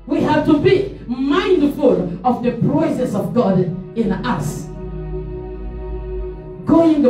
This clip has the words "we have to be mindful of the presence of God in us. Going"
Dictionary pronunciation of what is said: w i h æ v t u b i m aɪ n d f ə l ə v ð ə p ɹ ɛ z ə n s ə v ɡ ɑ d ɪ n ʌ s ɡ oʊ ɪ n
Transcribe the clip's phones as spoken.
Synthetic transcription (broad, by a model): w i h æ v t u b i m aɪ n d f ə l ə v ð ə p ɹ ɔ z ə s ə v ɡ ɑ d ɪ n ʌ s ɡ oʊ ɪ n